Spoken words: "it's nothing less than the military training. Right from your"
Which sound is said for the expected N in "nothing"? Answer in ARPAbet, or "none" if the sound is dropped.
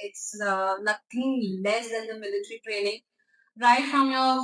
L